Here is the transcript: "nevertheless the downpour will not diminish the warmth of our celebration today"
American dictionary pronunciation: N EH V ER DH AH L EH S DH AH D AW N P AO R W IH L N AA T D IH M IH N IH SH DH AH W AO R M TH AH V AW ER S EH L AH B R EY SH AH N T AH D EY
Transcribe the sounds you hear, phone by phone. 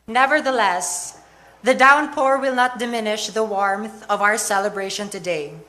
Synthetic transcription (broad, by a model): N EH V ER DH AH L EH S DH AH D AW N P AO R W IH L N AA T D IH M IH N IH SH DH AH W AO R M TH AH V AW ER S EH L AH B R EY SH AH N T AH D EY